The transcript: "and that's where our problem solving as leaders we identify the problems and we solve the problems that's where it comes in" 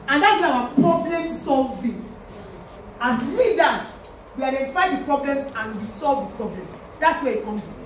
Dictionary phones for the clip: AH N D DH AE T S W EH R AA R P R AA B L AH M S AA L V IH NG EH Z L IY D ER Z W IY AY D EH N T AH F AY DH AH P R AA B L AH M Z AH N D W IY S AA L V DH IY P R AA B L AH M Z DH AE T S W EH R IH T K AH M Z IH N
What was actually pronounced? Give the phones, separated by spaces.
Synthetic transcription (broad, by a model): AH N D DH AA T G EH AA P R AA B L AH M S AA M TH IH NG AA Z L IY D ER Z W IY AY D EH N T AH F AY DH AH P R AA B L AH M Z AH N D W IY S AA L V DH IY P R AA B L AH M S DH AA T S W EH IH T K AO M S